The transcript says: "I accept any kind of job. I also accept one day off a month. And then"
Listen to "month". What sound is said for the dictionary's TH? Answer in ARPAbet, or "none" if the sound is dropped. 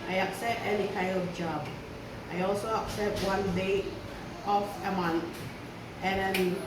T